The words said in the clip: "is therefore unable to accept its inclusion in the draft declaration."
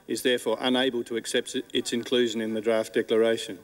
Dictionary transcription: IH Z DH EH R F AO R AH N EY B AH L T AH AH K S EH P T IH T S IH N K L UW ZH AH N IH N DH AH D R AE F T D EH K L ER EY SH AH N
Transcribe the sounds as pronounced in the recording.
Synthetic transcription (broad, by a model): IH Z DH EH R F AO R AH N EY B AH L T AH AH K S EH P T IH T S IH N K L UW ZH AH N IH N DH AH D R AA F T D EH K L ER EY SH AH N